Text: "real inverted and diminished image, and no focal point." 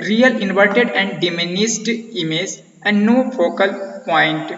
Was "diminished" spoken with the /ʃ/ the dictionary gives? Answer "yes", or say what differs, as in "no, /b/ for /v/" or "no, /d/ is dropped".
no, /s/ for /ʃ/